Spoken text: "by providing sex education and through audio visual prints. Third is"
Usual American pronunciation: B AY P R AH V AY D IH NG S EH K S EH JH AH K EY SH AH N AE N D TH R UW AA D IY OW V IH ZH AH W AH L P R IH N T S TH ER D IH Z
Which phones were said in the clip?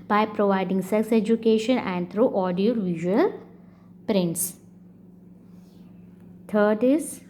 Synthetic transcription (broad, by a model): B AY P R AH V AY D IH NG S EH K S EH JH AH K EY SH AH N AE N D T R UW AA D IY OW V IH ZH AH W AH L P R IH N T S T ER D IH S